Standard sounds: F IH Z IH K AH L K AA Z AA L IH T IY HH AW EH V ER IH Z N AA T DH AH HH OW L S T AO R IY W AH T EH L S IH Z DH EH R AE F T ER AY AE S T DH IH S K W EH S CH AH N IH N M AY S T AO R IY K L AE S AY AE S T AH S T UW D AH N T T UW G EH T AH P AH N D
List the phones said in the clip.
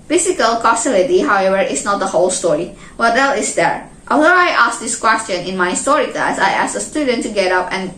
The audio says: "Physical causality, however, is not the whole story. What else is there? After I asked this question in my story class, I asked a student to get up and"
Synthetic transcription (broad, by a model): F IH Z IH K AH L K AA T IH L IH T IY HH AW EH V ER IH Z N AA T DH AH HH OW L S T AO R IY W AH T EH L IH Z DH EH R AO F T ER AY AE S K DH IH S K W EH S CH AH N IH N M AY S T AO R IY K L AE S AY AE S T AH S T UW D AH N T T UW G EH T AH P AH N